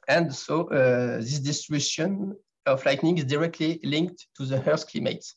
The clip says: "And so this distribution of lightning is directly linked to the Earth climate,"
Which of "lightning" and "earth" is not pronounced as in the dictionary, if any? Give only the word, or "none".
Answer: earth